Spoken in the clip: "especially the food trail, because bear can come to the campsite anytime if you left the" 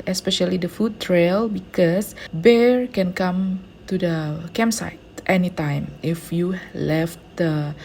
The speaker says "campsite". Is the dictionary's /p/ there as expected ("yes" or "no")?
no